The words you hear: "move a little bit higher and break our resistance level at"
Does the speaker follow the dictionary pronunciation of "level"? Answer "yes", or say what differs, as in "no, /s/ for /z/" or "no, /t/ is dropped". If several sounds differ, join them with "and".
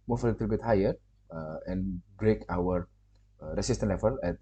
no, /f/ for /v/